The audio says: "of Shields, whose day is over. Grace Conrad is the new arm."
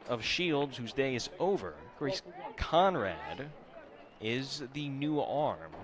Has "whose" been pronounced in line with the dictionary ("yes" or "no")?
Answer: yes